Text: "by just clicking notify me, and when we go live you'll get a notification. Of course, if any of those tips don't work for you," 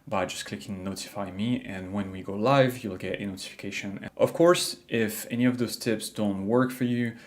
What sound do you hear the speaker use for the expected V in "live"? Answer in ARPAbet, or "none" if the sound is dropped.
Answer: V